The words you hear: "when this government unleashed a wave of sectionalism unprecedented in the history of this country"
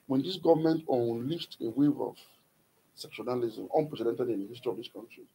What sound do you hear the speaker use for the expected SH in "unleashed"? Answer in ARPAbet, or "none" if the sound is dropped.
S